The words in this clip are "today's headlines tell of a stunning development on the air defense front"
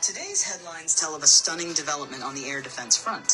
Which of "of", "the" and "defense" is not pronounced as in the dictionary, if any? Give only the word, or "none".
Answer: none